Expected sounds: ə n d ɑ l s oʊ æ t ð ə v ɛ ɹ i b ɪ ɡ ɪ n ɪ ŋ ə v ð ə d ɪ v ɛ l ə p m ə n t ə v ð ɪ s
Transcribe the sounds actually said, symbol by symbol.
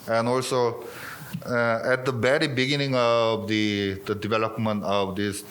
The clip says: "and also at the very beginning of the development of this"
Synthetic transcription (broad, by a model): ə n ɑ l s oʊ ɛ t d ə b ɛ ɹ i b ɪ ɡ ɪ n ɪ ŋ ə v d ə d ɪ v ɛ l ə p m ə n t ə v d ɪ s